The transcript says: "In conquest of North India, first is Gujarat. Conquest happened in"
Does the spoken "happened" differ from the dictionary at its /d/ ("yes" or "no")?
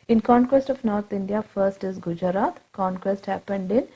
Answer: no